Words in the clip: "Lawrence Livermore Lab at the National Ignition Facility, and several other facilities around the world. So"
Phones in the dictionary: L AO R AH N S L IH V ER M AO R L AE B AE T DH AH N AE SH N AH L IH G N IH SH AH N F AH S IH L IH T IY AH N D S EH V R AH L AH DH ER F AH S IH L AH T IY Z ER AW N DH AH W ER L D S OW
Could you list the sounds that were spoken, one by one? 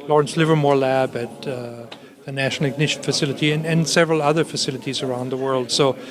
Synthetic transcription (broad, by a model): L AO R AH N S L IH V ER M AO R L AE B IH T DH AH N AE SH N L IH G N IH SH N F AH S IH L IH T IY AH N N S EH V R AH L AH DH ER F AH S IH L AH T IY Z ER AW N DH AH W ER L D S OW